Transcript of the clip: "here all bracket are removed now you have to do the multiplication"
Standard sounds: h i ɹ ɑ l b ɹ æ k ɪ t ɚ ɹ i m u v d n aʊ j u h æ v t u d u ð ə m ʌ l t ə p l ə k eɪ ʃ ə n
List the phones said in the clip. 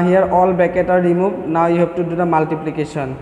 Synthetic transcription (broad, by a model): h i ɹ ɑ l b ɛ k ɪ t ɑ ɹ i m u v n aʊ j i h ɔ p t u d u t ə m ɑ l t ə p l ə k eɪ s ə n